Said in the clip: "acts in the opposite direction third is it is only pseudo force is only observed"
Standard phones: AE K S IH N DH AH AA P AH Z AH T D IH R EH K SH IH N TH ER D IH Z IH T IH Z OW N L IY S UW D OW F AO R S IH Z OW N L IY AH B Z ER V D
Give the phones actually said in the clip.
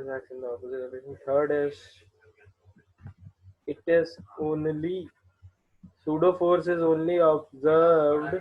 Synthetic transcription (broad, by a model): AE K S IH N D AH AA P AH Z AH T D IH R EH SH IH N T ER D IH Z IH T IH Z OW N L IY S UW D OW F AO R S IH Z OW N L IY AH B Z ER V D